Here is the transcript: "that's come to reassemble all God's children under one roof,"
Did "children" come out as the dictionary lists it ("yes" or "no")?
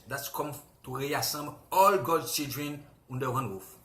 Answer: no